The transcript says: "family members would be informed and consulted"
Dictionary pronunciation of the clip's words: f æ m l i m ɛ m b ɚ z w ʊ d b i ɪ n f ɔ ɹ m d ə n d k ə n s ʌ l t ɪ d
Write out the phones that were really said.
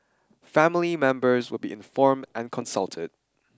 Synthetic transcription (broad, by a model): f æ m l i m ɛ m b ɚ z w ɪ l b i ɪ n f ɔ ɹ m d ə n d k ə n s ʌ l t ɪ d